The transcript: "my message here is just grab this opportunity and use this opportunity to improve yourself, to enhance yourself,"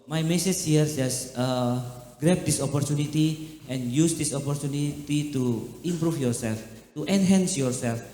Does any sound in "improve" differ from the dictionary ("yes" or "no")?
yes